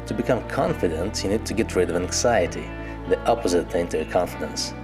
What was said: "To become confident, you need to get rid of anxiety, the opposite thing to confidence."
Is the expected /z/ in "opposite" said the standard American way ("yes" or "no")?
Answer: yes